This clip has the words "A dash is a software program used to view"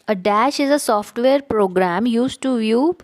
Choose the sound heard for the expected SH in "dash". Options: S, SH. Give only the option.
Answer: SH